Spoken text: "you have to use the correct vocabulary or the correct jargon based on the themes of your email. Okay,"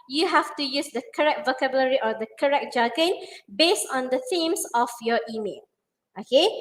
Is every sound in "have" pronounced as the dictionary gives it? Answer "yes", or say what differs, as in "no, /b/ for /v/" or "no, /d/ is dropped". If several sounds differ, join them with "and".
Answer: no, /f/ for /v/